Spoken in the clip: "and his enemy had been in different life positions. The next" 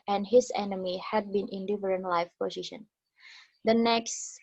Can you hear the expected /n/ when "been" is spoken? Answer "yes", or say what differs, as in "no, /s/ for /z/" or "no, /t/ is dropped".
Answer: yes